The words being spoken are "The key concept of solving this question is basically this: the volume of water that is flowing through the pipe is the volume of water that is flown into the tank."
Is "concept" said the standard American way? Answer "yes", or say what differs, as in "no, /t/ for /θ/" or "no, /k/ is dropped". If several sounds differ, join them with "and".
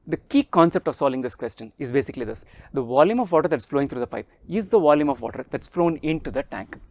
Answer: yes